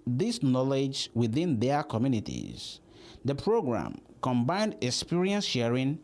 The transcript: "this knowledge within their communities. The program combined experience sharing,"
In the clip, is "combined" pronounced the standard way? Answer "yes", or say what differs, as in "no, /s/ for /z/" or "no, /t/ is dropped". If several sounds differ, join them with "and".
yes